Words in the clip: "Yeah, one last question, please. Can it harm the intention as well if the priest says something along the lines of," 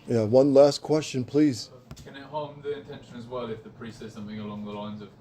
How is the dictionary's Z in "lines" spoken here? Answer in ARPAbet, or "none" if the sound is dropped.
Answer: Z